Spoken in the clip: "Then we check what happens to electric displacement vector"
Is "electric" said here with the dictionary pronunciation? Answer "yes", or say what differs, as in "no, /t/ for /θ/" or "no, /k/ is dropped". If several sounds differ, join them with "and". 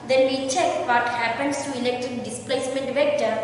no, /ɹ/ is dropped